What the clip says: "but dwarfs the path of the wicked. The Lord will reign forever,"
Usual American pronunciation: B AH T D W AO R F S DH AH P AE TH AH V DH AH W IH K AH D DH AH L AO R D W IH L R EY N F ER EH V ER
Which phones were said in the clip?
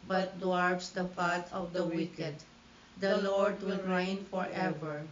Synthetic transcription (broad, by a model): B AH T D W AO R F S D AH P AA T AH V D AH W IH K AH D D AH L AO R D W IH L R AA N F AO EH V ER